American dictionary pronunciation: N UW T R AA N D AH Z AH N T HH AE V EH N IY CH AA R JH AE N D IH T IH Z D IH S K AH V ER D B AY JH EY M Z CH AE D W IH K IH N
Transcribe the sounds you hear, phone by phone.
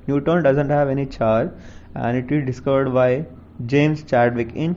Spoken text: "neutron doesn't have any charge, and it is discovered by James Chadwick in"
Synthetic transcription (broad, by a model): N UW T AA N D AH Z AH N T HH AE V EH N IY CH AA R AE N D IH T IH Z D IH S K AH V ER D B AY JH EY M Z CH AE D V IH K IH N